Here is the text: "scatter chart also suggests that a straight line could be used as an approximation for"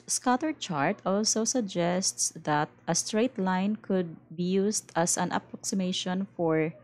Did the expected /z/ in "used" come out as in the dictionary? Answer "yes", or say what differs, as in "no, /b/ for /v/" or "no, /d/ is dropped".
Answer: no, /s/ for /z/